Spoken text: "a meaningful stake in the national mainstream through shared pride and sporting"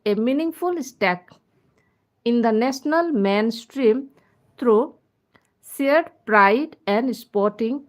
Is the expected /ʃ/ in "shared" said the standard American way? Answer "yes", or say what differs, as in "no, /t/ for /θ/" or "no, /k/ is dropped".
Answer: no, /s/ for /ʃ/